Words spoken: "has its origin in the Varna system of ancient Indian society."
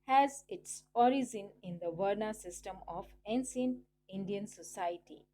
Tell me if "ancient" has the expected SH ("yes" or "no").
no